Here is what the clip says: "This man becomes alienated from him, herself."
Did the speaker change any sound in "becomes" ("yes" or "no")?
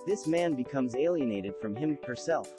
no